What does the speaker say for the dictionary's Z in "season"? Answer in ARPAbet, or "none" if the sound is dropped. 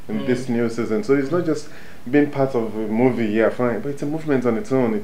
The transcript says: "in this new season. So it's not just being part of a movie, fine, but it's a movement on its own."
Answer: Z